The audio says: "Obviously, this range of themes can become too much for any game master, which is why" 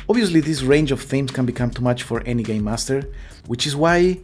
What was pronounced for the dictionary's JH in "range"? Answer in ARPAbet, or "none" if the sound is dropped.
JH